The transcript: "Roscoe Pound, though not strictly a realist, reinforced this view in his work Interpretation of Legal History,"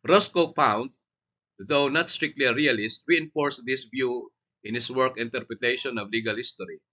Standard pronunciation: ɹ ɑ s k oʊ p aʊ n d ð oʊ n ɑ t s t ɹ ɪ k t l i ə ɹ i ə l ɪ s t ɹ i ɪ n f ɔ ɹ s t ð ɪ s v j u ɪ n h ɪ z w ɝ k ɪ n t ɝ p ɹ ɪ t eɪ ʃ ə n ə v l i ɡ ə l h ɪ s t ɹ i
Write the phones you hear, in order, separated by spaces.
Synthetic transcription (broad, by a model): ɹ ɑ s k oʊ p aʊ n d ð oʊ n ɑ t s t ɹ ɪ k t l i ɹ i ə l ɪ s t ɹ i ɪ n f ɔ ɹ s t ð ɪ s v j u ɪ n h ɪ s w ɝ k ɪ n t ɝ p ɹ ɪ t eɪ ʃ ə n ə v l i ɡ ə l h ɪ s t ɹ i